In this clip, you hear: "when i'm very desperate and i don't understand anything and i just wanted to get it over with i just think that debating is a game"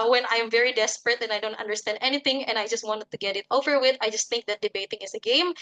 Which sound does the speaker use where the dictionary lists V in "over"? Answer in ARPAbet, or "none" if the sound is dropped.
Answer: V